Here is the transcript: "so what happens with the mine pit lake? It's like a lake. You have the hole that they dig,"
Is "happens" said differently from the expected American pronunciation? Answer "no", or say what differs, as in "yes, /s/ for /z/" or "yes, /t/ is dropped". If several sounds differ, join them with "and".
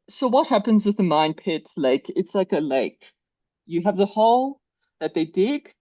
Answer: no